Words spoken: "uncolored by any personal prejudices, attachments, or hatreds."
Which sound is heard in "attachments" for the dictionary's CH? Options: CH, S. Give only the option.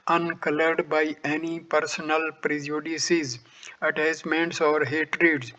S